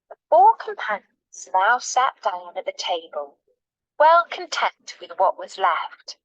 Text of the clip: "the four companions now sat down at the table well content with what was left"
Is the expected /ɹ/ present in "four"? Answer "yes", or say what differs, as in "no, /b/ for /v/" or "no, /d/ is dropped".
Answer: yes